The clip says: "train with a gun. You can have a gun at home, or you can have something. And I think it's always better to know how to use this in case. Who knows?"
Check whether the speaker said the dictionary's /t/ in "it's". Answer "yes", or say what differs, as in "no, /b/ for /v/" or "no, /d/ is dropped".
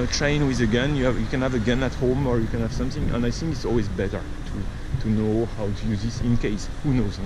yes